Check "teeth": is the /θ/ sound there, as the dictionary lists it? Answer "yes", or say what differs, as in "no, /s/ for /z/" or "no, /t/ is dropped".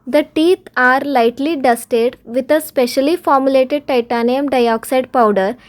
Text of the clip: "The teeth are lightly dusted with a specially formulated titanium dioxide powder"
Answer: no, /t/ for /θ/